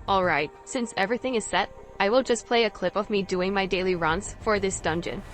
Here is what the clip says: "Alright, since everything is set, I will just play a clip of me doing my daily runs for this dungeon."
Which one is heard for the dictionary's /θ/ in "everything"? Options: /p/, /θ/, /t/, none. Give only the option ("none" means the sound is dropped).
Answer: /θ/